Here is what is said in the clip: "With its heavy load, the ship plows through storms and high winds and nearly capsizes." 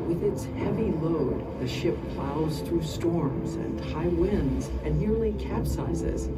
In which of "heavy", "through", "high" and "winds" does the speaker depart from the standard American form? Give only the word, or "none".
none